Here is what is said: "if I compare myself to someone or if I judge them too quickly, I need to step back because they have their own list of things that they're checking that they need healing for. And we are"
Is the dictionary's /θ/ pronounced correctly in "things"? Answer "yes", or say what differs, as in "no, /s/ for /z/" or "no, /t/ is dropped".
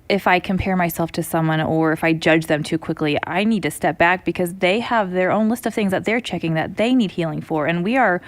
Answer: yes